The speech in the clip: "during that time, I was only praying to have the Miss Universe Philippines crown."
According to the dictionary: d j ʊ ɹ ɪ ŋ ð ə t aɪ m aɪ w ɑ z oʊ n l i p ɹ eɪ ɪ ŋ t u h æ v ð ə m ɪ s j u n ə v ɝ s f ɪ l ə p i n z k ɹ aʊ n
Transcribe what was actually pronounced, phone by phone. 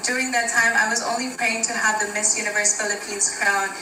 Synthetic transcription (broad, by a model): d j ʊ ɹ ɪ ŋ ð ə t aɪ m aɪ w ɑ z oʊ n l i p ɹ eɪ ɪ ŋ t u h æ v ð ə m ɪ s j u n ə v ɝ s f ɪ l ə p i n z k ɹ aʊ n